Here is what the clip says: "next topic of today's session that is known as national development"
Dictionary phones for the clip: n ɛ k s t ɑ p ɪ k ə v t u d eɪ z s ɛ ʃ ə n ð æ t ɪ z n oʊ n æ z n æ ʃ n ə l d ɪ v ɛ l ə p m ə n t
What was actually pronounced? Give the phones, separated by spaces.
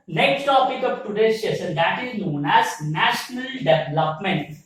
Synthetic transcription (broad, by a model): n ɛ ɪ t t ɑ p ɪ k ə v t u d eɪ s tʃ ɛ s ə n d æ t ɪ z n oʊ n æ z n æ ʃ n ə l d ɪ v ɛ l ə p m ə n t